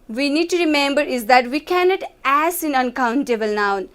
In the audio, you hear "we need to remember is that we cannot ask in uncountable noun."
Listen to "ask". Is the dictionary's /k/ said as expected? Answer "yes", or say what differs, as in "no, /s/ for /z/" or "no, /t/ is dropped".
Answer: no, /k/ is dropped